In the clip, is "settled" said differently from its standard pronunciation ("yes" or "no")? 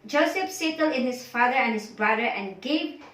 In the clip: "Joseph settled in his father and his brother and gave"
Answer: yes